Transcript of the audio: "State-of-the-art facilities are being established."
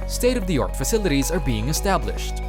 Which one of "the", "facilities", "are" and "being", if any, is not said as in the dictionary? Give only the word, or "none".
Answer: none